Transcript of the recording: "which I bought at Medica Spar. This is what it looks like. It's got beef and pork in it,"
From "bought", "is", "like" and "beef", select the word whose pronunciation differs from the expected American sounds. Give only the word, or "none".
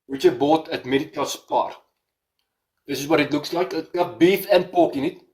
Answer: is